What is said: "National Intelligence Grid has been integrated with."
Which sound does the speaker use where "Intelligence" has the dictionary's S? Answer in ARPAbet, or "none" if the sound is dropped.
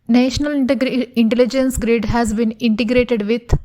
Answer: S